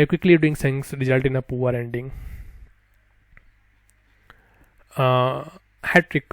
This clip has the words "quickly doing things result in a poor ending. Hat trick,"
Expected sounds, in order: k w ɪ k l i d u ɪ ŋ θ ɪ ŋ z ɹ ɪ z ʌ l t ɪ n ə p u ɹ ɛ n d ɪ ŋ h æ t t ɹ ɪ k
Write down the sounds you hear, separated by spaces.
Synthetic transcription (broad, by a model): k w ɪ k l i d u ɪ ŋ s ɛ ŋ s ɹ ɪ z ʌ l t ɪ n ə p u ɹ ɛ n d ɪ ŋ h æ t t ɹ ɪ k